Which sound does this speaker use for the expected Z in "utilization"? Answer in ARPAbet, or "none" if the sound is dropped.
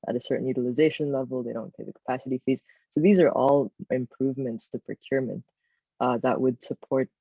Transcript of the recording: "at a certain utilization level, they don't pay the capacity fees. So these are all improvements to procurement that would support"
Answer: Z